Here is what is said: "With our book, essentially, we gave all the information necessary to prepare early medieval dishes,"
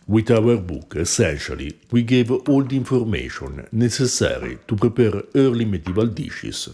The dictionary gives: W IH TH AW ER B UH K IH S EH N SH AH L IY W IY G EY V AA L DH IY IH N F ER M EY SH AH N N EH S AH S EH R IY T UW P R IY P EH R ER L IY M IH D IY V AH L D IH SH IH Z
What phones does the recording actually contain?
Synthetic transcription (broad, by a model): W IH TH AW ER B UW K IH S EH N SH AH L IY W IY G EY V AA L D IY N F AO M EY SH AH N N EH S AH S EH R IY T UW P R IY P EH R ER L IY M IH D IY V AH L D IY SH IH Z